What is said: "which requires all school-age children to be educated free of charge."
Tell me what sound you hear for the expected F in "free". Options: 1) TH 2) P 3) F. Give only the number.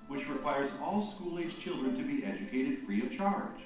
3